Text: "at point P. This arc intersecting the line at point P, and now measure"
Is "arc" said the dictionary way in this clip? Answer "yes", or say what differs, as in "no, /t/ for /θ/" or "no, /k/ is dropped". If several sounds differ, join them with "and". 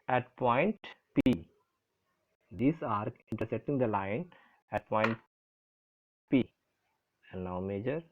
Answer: no, /k/ is dropped